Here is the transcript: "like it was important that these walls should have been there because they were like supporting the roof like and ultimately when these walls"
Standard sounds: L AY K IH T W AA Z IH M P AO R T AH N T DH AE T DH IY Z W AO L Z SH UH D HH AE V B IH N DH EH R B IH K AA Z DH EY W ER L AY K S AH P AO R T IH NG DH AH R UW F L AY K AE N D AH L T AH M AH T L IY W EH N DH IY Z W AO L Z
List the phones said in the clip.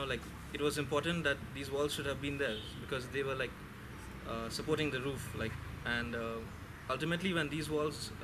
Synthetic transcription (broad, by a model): L AY K IH T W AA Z IH M P AO R T AH N T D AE T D IY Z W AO L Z SH UH D HH AE V B IH N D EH R B IH K AA Z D EY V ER L AY K S AH P AO R T IH NG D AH R UW F L AY K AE N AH AH L T AH M AH T L IY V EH N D IY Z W AO L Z